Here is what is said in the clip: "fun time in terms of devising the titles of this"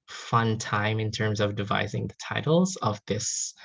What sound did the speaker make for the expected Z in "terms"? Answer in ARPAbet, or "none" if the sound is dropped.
Z